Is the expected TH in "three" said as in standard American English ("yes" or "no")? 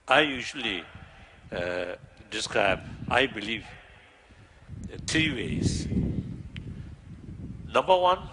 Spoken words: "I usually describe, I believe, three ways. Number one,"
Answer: no